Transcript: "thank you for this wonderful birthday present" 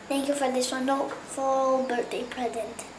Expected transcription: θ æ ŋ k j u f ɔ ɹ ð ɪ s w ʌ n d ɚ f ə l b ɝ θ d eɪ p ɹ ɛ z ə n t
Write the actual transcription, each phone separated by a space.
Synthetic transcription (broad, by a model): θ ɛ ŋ k j u f ɔ ɹ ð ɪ s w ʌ n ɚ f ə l b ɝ t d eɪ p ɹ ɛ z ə n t